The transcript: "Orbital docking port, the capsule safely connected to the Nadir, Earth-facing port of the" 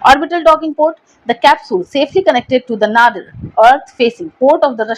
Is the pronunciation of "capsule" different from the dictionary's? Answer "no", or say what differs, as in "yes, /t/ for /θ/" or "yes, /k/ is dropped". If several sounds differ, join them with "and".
no